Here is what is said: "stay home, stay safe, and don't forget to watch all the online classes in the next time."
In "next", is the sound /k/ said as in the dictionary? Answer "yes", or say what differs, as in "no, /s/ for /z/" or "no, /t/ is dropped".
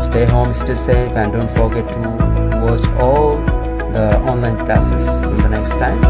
yes